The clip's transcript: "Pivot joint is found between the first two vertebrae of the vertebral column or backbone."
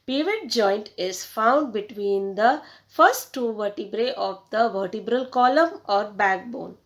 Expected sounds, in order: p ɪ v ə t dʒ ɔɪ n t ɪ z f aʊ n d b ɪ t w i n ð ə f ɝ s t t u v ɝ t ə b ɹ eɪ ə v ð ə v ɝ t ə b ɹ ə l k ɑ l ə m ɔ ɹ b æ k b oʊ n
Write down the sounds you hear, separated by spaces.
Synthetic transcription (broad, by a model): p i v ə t dʒ ɔɪ n t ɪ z f aʊ n d b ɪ t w i n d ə f ɝ s t t u v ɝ t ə b ɹ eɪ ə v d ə v ɝ t ə b ɹ ə l k ɑ l ə m ɔ ɹ b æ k b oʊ n